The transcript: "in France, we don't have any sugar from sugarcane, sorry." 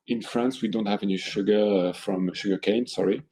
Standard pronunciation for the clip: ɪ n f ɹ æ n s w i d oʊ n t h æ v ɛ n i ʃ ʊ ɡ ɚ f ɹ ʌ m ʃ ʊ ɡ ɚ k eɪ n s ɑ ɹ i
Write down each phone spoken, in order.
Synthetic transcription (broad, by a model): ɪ n f ɹ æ n s w i d oʊ n t h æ v ɛ n i ʃ ʊ ɡ ɚ f ɹ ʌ m ʃ ʊ ɡ ɚ k eɪ n s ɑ ɹ i